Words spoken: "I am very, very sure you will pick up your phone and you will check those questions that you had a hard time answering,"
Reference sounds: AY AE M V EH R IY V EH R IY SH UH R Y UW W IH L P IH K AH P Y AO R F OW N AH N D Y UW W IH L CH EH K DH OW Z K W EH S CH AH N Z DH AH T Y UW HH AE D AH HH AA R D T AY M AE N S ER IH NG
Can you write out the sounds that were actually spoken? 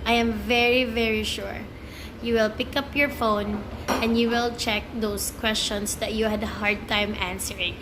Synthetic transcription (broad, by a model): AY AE M V EH R IY V EH R IY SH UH R Y UW W IH L P IH K AH P Y AO R F OW N AH N D Y UW W IH L CH EH K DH OW S K W EH S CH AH N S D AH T Y UW HH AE D HH AA R D T AY M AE N S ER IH NG